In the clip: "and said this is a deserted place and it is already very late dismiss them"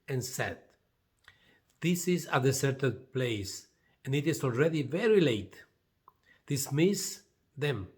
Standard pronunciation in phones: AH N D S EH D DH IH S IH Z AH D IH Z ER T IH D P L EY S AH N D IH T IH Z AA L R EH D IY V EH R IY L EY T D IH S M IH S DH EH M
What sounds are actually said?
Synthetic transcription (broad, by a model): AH N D S EH D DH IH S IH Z AH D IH S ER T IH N P L EY S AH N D IH T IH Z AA L R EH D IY V EH R IY L EY T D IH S M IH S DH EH M